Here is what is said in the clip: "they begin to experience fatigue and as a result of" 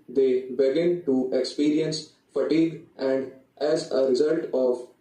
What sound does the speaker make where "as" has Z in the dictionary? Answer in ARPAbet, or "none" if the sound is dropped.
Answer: Z